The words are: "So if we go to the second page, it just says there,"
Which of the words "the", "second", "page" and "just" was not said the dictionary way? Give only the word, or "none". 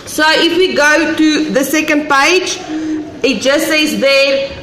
none